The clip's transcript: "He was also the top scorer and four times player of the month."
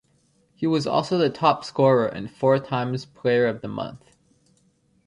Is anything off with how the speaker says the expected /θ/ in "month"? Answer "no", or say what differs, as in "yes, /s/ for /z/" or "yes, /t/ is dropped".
no